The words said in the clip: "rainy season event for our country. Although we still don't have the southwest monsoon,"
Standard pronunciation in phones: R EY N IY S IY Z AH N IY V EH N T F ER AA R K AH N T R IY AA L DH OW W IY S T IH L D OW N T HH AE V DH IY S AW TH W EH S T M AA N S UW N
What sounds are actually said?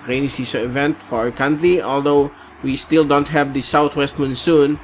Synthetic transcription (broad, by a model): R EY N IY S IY S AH IY V EH N T F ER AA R K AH N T R IY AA L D OW W IY S T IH L D OW N T HH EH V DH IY S AW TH W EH S T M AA N S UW N